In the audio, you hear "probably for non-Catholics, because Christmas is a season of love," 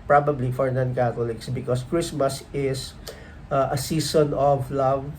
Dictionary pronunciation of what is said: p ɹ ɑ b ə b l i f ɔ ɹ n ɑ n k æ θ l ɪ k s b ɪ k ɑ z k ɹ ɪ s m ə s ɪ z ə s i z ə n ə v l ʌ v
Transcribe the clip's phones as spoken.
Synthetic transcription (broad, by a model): p ɹ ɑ b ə b l i f ɔ ɹ n ɑ n k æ t l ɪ k s b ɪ k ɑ s k ɹ ɪ s m ə s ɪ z ə s i s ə n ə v l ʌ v